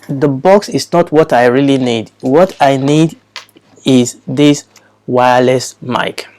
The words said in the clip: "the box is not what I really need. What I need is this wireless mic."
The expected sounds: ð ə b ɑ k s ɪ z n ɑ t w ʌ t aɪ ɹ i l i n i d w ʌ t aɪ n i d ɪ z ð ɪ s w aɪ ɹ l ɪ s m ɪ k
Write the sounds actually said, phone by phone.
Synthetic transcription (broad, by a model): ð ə b ɑ k s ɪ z n ɑ t w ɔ t aɪ ɹ i l i n i d w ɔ t aɪ n i d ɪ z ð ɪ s w aɪ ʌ l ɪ s m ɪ k